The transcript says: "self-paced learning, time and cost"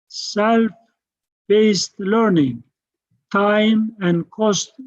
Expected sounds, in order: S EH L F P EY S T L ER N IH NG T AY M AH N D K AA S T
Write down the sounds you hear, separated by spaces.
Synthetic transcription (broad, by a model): S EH L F B EY S T L ER N IH NG T AY M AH N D K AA S T